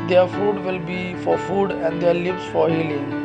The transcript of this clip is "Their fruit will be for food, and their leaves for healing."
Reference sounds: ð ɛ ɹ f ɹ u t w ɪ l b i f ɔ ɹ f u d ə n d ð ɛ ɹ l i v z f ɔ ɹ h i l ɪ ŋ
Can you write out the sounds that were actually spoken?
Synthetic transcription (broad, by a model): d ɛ ɹ f u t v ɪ l b i f ɔ ɹ f u d ə n d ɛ ɹ l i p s f ɔ ɹ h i l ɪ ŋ